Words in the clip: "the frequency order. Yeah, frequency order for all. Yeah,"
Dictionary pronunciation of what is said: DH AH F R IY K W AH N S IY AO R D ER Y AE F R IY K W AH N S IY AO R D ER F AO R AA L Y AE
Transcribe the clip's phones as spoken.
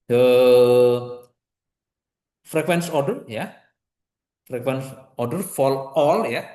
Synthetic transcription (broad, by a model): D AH F R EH K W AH N S AO R D ER Y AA F R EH K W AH N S AO R D ER F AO L AA L Y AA